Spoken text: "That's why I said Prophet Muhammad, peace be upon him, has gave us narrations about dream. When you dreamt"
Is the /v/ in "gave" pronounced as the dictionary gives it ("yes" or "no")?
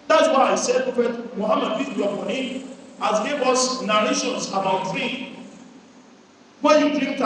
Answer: no